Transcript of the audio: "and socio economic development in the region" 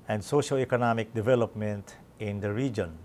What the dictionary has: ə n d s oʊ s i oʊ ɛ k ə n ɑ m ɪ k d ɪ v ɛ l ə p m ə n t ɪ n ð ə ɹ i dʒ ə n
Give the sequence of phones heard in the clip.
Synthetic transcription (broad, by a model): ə n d s oʊ ʃ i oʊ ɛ k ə n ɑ m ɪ k d ɪ v ɛ l ə p m ə n t ɪ n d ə ɹ i dʒ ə n